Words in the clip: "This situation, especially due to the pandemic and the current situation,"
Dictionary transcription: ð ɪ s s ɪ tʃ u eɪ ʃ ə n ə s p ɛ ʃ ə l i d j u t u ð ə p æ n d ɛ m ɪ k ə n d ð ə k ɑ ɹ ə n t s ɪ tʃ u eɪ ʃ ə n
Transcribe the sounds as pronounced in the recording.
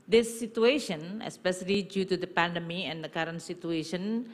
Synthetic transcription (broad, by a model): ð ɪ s s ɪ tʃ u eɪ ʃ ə n ə s p ɛ ʃ ə l i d j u t u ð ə p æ n d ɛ m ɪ ə n d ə k ɑ ɹ ə n t s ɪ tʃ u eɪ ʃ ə n